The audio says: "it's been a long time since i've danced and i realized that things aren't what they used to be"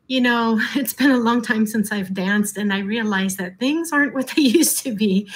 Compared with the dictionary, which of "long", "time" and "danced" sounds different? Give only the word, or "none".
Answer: none